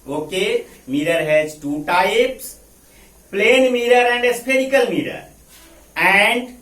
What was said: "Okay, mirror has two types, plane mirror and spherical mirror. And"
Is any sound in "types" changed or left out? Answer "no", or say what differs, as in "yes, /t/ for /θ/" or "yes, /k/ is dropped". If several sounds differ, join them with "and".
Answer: no